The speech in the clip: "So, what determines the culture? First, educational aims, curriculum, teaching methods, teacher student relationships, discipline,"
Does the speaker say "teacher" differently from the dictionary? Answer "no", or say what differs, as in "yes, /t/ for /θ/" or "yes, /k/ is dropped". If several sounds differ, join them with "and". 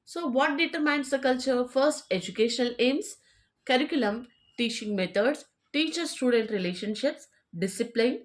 no